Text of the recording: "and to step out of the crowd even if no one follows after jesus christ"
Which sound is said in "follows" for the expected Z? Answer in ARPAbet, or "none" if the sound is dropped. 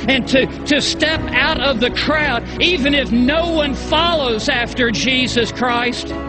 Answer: Z